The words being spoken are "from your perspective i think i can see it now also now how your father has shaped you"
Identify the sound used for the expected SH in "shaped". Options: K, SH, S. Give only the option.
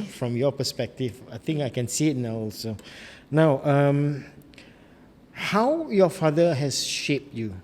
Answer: SH